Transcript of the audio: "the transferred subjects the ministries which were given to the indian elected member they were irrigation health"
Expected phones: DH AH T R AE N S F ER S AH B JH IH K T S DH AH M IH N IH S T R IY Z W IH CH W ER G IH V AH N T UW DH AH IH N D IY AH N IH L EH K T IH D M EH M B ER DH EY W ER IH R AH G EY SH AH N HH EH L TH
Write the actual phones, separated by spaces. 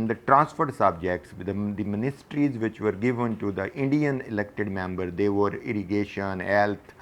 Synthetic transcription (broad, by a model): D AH T R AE N S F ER S AH B JH IH K T S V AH M IH N IH S T R IY Z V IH CH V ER G IH V AH N T UW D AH IH N D IY AH N IH L EH K T IH D M EH M B ER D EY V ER IH R AH G EY SH AH N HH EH L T